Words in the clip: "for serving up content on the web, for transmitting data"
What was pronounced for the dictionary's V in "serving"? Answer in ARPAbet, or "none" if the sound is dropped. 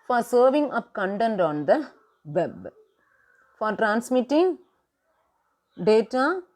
V